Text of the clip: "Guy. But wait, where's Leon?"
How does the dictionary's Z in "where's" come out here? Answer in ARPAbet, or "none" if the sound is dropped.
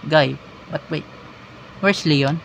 S